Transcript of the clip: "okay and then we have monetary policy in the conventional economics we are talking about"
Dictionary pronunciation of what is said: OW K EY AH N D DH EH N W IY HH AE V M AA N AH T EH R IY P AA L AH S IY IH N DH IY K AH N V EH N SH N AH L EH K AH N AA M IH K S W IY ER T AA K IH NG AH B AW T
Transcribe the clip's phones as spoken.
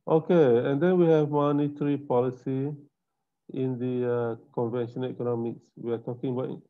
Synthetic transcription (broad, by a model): OW K EY AH N D EH N W IY HH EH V M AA N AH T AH R IY P AA L AH S IY IH N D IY K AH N V EH N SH AH N EH K AH N AA M IH K S W IY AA T AA K IH NG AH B AW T